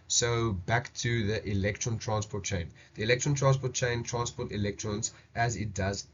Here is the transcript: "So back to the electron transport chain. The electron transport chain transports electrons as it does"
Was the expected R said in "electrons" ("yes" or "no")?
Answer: yes